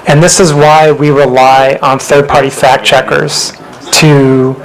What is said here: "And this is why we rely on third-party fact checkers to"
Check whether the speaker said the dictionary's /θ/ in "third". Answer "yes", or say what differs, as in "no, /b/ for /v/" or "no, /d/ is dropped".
yes